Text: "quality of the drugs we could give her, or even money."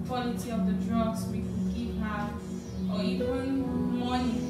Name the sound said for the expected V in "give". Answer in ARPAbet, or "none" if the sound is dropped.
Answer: P